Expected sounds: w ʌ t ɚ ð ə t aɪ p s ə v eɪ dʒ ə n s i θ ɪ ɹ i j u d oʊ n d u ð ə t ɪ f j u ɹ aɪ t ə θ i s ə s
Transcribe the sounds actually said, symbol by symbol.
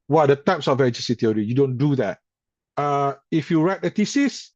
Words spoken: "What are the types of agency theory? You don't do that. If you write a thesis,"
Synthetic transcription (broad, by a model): w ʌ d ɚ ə t aɪ p s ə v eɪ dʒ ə s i t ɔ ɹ i j u d oʊ n d u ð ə t ɪ f j u ɹ aɪ t ə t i s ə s